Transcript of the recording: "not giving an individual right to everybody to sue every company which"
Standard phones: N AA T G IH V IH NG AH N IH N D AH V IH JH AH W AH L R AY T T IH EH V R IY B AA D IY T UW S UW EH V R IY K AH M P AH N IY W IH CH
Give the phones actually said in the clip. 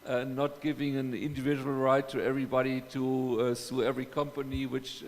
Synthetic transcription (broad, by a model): N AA T G IH V IH NG AH N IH N D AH V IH JH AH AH L R AY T T IH EH V R IY B AA D IY T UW S UW EH V R IY K AH M P AH N IY W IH CH